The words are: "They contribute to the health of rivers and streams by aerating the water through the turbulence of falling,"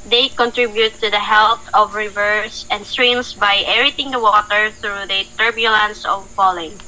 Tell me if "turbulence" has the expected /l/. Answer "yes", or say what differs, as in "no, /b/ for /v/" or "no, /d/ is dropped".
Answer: yes